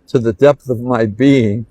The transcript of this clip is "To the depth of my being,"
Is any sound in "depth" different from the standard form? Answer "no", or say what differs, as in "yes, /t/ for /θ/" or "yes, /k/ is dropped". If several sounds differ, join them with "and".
no